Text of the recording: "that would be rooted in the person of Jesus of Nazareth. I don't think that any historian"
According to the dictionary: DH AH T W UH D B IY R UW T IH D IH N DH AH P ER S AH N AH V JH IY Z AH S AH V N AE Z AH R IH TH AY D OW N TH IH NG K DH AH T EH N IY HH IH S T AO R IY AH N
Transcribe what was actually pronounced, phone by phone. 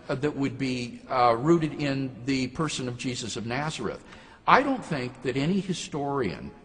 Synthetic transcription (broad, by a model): DH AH T W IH D B IY R UW T IH D IH N DH AH P ER S AH N AH V JH IY Z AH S AH V N AE Z AH R IH TH AY D OW N TH IH NG K DH AH T EH N IY HH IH S T AO R IY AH N